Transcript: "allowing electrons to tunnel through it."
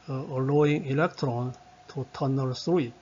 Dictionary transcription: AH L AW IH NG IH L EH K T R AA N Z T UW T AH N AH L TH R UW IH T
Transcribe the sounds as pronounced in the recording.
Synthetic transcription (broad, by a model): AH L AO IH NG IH L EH K T R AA N T UW T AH N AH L S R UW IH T